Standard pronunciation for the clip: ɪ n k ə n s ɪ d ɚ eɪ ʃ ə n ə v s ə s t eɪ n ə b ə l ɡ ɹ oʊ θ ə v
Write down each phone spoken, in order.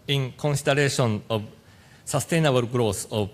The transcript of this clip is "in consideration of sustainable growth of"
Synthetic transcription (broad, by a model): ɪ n k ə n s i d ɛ eɪ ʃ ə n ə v s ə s t eɪ n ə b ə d ɡ ɹ oʊ s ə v